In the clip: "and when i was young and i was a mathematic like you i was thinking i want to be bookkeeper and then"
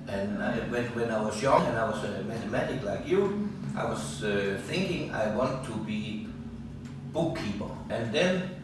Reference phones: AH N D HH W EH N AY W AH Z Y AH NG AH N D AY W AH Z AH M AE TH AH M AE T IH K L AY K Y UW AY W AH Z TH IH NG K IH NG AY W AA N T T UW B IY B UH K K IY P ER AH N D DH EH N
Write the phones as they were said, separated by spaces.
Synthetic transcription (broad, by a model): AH N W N W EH N AY W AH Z Y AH NG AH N AY W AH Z AH M AE TH AH M AE T IH K L AY K Y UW AY W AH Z TH IH NG K IH NG AY W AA N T T UW B IY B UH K K IY P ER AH N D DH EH N